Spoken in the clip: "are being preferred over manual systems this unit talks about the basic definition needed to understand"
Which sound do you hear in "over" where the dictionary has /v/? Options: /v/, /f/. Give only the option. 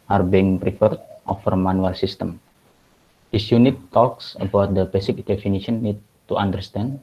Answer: /f/